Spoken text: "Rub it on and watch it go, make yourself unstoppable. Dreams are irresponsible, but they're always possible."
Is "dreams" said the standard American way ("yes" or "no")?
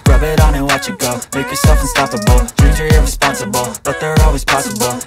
no